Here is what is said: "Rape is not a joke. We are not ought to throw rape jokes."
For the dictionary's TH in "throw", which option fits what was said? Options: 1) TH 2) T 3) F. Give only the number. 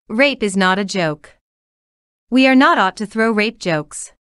1